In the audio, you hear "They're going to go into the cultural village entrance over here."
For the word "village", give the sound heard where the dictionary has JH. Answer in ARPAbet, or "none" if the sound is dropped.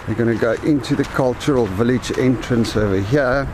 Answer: JH